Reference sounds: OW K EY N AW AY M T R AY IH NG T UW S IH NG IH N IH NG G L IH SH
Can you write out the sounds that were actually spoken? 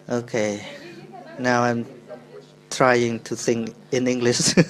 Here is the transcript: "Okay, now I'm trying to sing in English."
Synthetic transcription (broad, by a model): OW K EY N AW AY M T R AY IH NG T UW TH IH NG IH N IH NG G L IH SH